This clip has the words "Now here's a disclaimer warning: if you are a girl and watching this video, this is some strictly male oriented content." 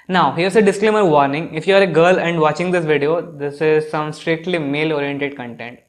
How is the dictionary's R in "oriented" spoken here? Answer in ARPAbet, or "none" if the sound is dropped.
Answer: R